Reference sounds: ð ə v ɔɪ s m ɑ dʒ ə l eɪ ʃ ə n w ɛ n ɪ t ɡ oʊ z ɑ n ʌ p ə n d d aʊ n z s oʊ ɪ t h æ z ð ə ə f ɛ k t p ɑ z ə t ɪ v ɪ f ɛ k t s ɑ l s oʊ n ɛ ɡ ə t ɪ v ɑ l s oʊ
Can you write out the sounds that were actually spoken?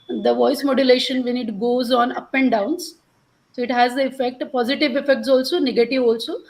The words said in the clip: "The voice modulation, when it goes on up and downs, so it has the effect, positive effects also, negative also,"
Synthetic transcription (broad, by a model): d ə v ɔɪ s m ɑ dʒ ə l eɪ ʃ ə n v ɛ n ɪ t ɡ oʊ z ɑ n ʌ p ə n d d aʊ n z s oʊ ɪ t h æ z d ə ə f ɛ k t p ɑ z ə t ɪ v ɪ f ɛ k t s ɑ l s oʊ n ɛ ɡ ə t ɪ v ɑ l s oʊ